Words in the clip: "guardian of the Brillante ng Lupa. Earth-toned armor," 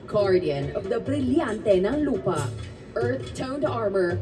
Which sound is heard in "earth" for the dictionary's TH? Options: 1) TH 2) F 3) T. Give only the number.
3